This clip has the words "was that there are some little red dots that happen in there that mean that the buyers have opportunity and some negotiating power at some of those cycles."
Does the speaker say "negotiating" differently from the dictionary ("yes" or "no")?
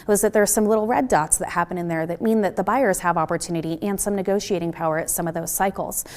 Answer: no